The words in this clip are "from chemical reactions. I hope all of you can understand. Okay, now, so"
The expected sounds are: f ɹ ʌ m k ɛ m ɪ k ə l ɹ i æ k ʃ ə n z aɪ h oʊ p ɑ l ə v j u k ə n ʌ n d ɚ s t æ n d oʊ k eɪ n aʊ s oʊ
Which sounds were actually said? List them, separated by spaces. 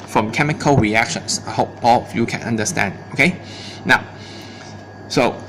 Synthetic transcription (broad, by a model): f ɹ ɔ m k ɛ m ɪ k ə l ɹ i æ k ʃ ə n s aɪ h oʊ p ɑ l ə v j u k ə n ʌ n d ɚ s t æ n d oʊ k eɪ n aʊ s oʊ